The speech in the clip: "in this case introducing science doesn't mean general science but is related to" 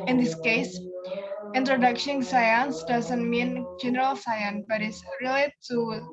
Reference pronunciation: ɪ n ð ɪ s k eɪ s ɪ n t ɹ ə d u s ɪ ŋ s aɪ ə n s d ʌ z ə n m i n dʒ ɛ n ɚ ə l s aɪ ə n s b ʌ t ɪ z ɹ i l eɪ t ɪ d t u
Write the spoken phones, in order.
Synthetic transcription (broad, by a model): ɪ n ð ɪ s k eɪ s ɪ n t ɹ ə d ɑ ʃ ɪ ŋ s aɪ ə n s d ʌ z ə n m i n dʒ ɛ n ɚ ə l s aɪ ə n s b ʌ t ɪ s ɹ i l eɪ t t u